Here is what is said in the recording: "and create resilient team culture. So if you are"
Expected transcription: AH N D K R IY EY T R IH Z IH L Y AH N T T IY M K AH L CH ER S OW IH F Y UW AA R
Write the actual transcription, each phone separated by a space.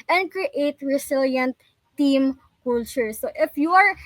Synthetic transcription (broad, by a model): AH N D K R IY EY T R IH S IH L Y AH N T T IY M K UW L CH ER S OW IH F Y UW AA R